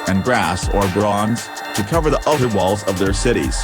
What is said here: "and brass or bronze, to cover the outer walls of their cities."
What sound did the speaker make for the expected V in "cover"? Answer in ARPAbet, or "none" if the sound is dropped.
V